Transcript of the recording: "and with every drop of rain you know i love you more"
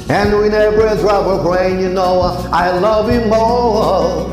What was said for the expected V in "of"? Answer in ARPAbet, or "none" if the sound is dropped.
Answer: B